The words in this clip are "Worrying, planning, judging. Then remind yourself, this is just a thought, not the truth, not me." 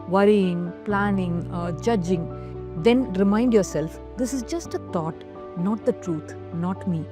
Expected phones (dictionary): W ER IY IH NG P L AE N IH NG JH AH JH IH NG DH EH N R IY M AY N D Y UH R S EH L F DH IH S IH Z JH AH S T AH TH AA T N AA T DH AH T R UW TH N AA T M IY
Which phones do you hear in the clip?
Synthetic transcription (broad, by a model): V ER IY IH NG P L AE N IH NG JH AH JH IH NG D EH N R IY M AY N D Y UH R S EH L F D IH S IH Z JH AH S T AH T AA T N AA T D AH T R UW T N AA T M IY